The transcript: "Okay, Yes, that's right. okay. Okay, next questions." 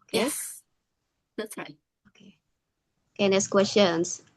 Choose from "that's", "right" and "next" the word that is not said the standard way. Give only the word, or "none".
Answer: next